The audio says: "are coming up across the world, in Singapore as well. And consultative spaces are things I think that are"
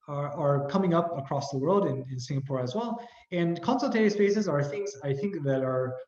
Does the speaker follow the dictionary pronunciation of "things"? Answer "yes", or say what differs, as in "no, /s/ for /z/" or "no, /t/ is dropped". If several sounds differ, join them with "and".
yes